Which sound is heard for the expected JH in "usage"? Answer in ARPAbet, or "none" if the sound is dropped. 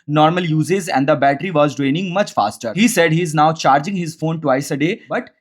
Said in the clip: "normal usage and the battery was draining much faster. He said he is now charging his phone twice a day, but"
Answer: Z